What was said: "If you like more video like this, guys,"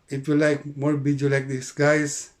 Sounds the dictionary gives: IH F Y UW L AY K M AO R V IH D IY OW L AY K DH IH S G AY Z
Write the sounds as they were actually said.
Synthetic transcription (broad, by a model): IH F Y UW L AY K M AO R B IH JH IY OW L AY K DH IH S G AY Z